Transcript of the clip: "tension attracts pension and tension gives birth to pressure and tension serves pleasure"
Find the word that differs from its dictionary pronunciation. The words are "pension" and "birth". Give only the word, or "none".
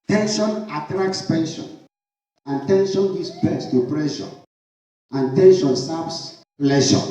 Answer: birth